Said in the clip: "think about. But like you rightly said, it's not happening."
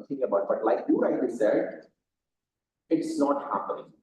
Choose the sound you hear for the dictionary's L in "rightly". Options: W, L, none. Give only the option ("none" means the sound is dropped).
none